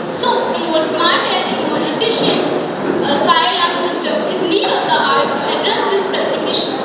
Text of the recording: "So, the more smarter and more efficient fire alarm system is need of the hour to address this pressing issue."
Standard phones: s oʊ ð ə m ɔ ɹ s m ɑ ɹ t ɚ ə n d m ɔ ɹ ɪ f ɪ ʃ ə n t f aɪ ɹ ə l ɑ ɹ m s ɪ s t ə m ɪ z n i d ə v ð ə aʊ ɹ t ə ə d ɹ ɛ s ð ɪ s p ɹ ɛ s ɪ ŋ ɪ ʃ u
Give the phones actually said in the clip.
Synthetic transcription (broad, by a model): s oʊ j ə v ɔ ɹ s m ɑ ɹ t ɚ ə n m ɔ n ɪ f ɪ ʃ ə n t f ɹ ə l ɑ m s ɪ s t ə m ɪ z l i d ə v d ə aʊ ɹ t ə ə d ɹ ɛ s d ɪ s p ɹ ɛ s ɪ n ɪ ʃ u